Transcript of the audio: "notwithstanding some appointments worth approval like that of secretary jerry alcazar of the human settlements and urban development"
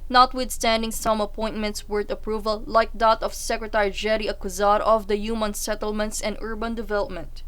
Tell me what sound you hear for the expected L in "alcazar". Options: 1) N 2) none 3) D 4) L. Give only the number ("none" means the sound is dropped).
2